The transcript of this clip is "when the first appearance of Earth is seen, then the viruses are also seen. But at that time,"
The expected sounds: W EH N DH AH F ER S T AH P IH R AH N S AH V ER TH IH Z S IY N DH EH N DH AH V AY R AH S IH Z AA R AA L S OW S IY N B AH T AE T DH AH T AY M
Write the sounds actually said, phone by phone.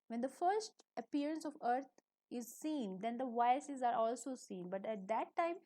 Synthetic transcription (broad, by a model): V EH N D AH F ER S T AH P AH R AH N S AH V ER T IH Z S IY N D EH N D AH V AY AH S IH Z AA R AA L S OW S IY N B AH T AE T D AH T AY M